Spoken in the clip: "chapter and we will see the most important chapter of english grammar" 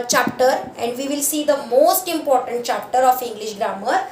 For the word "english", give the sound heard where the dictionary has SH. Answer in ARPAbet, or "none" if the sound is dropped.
SH